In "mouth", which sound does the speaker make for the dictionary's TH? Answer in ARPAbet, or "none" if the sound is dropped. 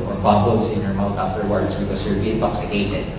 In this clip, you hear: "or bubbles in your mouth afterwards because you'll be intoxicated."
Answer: T